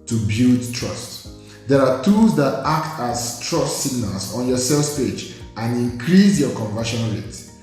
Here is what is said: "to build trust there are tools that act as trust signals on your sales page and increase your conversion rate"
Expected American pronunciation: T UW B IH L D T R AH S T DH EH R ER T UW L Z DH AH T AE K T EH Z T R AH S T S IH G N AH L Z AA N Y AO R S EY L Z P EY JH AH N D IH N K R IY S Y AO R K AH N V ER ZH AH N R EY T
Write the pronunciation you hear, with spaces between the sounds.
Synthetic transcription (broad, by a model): T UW B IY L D T R AH S T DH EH R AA T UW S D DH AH T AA K T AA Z T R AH S T S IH G N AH L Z AA N Y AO S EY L S P EY JH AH N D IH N K R IY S Y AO K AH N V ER SH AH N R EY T